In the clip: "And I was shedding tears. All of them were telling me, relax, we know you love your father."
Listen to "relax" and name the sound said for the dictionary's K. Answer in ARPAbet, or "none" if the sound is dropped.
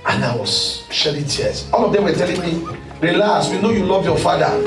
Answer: none